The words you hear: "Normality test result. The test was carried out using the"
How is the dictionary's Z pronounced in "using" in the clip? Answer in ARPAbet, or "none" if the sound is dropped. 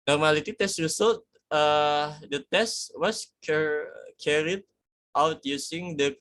S